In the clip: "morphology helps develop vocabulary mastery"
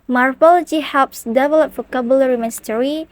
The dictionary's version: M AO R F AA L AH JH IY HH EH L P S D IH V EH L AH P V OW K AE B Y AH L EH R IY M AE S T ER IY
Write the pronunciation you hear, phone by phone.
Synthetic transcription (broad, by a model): M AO R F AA L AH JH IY HH EH L P S D IH V EH L AH P F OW K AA B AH L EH R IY M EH S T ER IY